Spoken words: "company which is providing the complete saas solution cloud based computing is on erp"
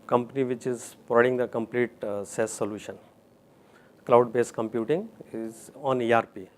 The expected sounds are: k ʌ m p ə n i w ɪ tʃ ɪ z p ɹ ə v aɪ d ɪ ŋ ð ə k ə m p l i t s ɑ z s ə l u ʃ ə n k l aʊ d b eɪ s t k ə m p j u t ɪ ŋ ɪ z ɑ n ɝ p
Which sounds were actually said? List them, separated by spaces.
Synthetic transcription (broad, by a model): k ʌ m p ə n i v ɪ tʃ ɪ z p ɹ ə ɪ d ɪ ŋ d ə k ə m p l i t s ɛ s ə l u ʃ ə n k l aʊ d b eɪ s k ə m p j u t ɪ ŋ ɪ z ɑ n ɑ p